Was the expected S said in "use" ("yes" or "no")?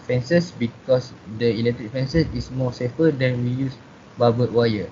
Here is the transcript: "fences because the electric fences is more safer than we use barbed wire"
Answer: yes